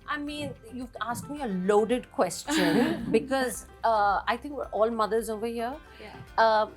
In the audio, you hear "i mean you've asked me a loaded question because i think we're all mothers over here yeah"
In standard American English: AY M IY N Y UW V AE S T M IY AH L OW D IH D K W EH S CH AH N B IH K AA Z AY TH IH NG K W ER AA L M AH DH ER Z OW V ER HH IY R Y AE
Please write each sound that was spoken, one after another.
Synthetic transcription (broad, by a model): AY M IY N Y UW AA S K M IY AH L OW D IH D K W EH S CH AH N B IH K AA Z AY T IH NG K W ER AA L M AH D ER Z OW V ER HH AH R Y